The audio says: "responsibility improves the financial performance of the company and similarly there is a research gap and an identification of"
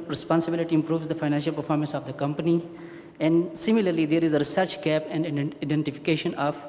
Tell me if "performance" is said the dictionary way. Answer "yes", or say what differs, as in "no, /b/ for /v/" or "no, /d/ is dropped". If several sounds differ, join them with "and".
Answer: yes